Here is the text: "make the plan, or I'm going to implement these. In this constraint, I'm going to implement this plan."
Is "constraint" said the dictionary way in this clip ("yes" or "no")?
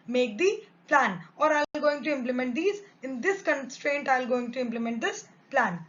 yes